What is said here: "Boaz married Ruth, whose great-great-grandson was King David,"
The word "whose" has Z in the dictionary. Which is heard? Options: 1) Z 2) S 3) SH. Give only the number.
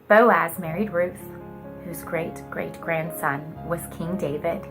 1